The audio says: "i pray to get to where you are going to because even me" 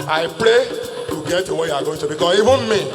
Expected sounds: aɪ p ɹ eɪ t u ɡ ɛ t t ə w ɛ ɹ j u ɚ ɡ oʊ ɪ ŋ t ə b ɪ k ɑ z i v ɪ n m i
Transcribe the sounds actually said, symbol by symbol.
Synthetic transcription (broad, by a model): aɪ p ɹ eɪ t u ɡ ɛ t t ə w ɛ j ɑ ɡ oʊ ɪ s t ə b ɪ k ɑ i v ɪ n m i